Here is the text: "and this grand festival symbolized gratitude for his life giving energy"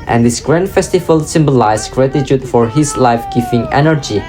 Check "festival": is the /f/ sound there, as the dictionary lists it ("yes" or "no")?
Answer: yes